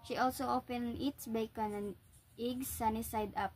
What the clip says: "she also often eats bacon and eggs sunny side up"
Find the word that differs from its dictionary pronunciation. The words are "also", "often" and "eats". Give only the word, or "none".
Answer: often